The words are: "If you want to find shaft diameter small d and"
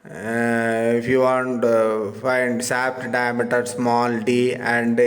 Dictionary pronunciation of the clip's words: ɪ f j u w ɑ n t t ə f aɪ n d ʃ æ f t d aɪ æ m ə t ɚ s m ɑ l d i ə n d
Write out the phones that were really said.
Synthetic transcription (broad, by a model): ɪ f j u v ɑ n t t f aɪ n d s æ p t d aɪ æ m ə t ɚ s m ɑ l d i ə n d